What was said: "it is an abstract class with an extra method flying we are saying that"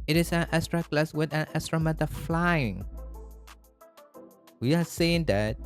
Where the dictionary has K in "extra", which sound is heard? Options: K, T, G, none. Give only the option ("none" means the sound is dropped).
none